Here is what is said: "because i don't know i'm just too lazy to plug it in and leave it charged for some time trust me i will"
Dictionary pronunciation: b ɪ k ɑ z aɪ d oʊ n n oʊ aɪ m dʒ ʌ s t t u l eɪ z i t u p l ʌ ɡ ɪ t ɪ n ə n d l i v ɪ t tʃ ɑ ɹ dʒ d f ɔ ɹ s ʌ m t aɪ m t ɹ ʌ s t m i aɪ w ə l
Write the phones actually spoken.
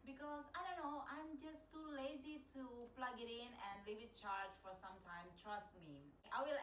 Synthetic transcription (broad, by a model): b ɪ k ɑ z aɪ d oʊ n n oʊ aɪ m dʒ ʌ s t t u l eɪ z i t u p l ʌ ɡ ɪ t ɪ n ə n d l i v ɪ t tʃ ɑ ɹ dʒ f ɔ ɹ s ʌ m t aɪ m t ɹ ʌ s t m i aɪ w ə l